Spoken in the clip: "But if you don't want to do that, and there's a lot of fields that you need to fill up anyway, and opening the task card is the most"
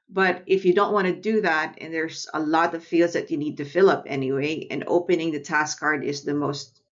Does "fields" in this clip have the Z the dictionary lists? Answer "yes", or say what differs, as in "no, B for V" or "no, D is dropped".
yes